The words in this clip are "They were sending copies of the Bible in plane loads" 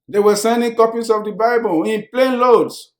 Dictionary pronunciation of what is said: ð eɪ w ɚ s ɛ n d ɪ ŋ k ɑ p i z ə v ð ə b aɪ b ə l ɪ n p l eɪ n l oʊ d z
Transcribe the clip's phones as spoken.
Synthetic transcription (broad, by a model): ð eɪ w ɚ s ɛ n d ɪ ŋ k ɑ p i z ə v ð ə b aɪ b ə l ɪ n p l eɪ n l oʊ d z